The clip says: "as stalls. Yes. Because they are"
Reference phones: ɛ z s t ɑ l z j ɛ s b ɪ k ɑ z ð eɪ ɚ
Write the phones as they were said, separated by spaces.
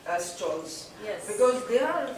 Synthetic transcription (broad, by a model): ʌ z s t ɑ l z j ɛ b ɪ k ɑ z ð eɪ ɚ